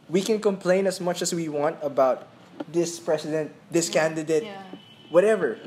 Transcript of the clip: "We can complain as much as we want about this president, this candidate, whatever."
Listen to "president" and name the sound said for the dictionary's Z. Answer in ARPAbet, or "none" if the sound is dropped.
S